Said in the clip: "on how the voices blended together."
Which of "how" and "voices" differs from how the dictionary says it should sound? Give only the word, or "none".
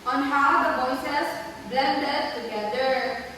voices